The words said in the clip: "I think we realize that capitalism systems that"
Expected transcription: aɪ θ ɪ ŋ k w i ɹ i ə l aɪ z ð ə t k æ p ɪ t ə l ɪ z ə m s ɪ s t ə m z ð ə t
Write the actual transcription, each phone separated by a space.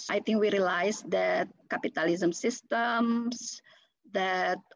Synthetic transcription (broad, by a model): aɪ t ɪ ŋ k w i ɹ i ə l aɪ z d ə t k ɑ p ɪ t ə l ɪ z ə m s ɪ s t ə m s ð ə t